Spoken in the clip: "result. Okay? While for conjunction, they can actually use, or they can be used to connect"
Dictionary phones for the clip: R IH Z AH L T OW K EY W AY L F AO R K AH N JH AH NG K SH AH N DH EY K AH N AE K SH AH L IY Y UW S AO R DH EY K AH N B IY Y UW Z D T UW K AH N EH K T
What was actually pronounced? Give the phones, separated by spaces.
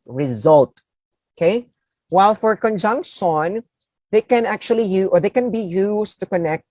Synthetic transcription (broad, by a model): R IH Z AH L T OW K EY W AY L F AO R K AH N JH AH NG K SH AH N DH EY K AH N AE K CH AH L IY Y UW AO R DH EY K AH N B IY Y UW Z T UW K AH N EH K T